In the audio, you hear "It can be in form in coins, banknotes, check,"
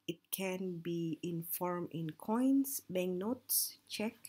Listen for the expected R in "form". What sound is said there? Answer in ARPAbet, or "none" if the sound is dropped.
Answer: R